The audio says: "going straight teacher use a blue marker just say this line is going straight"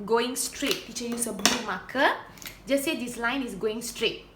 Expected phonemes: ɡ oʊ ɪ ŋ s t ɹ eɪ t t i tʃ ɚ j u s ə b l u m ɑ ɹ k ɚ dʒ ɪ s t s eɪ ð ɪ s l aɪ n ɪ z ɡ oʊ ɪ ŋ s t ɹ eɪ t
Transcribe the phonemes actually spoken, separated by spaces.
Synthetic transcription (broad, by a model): ɡ oʊ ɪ ŋ s t ɹ eɪ t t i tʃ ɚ j u s ə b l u m ɑ k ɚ dʒ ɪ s s eɪ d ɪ s l aɪ n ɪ s ɡ oʊ ɪ ŋ s t ɹ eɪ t